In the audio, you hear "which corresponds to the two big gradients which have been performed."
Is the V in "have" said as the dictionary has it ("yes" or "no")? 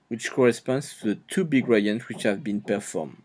yes